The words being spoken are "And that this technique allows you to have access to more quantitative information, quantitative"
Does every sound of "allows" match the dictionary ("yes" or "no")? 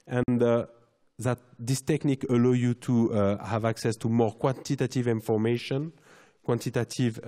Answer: no